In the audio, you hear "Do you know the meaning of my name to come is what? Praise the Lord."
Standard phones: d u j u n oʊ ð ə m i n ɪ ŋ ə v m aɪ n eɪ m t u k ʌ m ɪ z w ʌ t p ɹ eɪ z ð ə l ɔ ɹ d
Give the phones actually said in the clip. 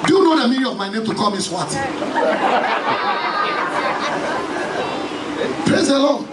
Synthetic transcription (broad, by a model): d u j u n oʊ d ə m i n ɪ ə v m aɪ n eɪ m t u k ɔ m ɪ s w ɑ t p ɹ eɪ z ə l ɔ